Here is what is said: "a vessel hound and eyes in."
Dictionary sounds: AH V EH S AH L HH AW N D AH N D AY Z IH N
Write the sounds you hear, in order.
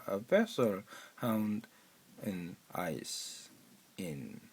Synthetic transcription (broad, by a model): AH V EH S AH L HH AW N D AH N AY S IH N